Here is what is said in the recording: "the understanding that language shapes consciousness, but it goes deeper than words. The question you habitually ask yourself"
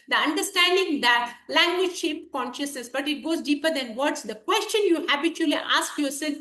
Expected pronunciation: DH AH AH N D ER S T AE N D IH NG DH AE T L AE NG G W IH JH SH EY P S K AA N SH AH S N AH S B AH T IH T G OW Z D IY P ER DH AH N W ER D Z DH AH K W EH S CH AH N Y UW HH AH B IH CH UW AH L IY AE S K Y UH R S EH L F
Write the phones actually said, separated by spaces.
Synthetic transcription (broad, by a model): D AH AH N D ER S T AE N D IH NG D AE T L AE NG G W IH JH SH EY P K AA N SH AH S N AH S B AH T IH T G OW Z D IY P ER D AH N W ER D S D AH K W EH S CH AH N Y UW HH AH B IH CH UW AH L IY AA S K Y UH R S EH L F